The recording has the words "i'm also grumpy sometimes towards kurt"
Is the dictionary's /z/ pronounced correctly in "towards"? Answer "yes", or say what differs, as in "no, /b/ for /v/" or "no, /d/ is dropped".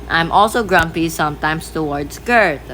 no, /s/ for /z/